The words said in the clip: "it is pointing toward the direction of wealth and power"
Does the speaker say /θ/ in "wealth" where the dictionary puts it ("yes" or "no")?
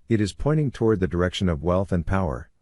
yes